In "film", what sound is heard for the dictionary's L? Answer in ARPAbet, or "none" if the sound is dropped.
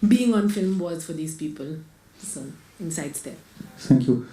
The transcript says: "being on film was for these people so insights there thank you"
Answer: L